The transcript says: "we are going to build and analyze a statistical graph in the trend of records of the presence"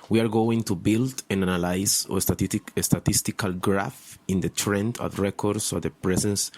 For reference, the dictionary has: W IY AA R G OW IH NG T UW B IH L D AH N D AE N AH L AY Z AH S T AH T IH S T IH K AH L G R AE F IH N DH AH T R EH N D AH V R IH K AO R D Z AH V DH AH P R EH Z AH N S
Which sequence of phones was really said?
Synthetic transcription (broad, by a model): W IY AA R G OW IH NG T UW B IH L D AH N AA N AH L AY S AH S T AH T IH S T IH K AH L G R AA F IH N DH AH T R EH N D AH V R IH K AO R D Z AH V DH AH P R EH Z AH N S